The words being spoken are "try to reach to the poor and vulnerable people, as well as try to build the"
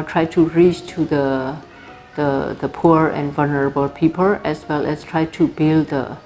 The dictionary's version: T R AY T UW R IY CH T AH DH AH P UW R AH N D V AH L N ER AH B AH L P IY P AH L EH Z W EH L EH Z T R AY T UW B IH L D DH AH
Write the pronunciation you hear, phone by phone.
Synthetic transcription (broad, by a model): T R AY T UW R IY CH T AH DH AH P UW R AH N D V AH L N ER AH B AH L P IY P AH L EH S W EH L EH S T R AY T UW B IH L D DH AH